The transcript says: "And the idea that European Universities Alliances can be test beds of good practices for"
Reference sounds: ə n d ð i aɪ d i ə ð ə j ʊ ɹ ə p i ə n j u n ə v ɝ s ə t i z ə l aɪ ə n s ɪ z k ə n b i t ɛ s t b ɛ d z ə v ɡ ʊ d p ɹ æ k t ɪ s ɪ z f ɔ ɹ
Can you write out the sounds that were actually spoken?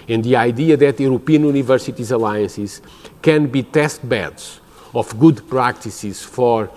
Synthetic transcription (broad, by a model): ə n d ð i aɪ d i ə ð ə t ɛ ɹ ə p i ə n j u n ə v ɝ s ə t i z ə l aɪ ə n s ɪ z k ə n b i t ɛ s t b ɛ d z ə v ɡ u d p ɹ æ k t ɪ s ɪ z f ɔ ɹ